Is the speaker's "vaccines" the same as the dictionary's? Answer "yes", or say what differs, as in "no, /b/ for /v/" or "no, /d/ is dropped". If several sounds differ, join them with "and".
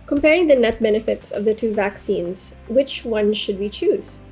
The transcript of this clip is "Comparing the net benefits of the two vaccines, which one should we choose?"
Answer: yes